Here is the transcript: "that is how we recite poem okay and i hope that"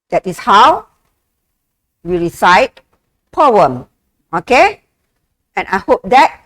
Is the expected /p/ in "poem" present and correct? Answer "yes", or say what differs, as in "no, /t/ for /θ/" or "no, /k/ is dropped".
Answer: yes